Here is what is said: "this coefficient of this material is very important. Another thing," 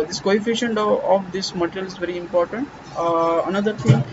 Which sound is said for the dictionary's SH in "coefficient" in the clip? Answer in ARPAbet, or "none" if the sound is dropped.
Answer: SH